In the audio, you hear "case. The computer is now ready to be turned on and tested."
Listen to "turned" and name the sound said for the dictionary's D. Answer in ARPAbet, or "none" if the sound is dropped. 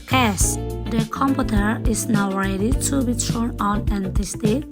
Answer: none